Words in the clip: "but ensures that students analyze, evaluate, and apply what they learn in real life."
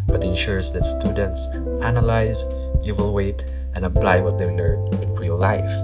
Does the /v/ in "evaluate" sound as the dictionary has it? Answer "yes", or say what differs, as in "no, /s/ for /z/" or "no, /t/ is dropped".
no, /w/ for /v/